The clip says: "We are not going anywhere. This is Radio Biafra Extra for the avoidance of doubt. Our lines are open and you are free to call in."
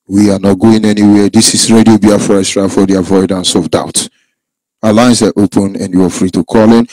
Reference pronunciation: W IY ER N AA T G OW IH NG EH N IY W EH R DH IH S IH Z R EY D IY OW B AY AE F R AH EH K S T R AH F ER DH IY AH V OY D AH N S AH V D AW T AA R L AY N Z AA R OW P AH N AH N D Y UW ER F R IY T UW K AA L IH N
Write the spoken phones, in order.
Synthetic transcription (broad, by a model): W IY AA N AA T G OW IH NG EH N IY W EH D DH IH S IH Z R EY D IY OW B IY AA F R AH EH S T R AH F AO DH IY AH V OY D AH N S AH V D AW T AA L AY N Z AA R OW P AH N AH N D Y UW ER F R IY T UW K AA L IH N